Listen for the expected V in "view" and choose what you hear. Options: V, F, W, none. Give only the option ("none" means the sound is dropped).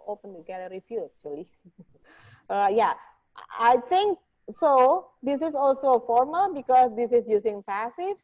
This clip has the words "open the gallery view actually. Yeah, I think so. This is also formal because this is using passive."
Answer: F